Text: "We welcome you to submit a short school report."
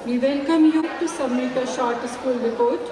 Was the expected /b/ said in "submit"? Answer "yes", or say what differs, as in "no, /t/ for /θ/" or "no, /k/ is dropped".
no, /b/ is dropped